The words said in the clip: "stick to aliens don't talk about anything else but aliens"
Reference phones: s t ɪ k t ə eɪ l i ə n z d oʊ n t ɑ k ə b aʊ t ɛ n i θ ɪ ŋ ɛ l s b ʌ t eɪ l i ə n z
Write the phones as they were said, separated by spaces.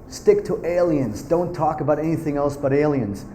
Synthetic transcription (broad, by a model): s t ɪ k t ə eɪ l i ə n z d oʊ n t ɑ k ə b aʊ t ɛ n i θ ɪ ŋ ɛ l s b ʌ t eɪ l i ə n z